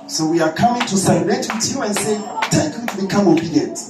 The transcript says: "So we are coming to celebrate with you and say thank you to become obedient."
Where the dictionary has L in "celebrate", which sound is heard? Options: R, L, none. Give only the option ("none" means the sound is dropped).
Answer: none